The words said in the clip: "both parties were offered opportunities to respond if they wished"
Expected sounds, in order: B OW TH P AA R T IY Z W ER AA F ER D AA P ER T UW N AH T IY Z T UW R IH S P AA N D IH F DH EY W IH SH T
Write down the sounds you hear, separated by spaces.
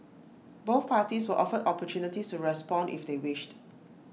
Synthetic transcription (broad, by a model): B OW TH P AA T IY S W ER AA F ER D AA P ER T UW N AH T IY S T UW R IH S P AA N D IH F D EY W IH SH T